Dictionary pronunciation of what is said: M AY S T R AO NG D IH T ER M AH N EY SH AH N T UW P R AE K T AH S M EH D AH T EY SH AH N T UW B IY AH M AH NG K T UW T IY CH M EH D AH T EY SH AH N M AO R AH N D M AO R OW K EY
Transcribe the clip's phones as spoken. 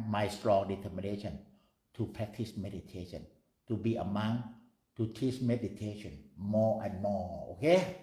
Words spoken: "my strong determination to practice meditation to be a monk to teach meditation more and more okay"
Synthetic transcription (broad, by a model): M AY S T R AO NG D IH T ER M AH N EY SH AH N T UW P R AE K T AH S M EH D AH T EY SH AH N T UW B IY AH M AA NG T UW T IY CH M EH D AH T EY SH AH N M AO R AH N M AO OW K EY